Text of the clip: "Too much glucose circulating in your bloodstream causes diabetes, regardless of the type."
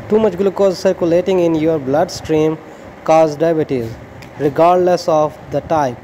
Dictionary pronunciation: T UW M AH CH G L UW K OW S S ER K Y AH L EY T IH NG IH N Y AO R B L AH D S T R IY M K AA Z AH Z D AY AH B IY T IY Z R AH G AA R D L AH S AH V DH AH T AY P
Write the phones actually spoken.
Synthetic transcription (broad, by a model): T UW M AH CH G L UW K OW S S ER K Y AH L EY T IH NG IH N Y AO R B L AH D S T R IY M K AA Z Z D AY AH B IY T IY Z R AH G AA R D L AH S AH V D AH T AY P